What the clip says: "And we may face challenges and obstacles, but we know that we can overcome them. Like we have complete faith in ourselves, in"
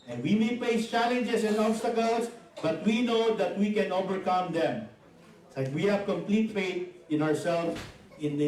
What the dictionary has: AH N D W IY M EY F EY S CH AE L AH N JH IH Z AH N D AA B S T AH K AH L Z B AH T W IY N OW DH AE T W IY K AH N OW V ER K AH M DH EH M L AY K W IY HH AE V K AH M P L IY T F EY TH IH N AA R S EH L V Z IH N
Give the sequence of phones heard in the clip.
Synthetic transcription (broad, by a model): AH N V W IY M EY P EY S CH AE L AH N JH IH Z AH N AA B S T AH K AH L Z B AH T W IY N OW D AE T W IY K AH N OW V ER K AH M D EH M L AY K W IY HH AE V K AH M P L IY T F EY T IH N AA R S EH L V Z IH N